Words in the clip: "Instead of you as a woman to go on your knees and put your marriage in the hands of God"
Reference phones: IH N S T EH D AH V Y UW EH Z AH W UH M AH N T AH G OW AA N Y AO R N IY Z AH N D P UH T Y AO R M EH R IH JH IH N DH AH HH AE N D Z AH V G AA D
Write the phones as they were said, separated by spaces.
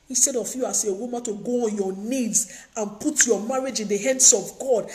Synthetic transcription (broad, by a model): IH N S T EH D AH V Y UW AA S AH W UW M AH T AH G OW AA N Y AO N IY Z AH N P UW T Y AO M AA R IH JH IH N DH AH HH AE N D S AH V G AA D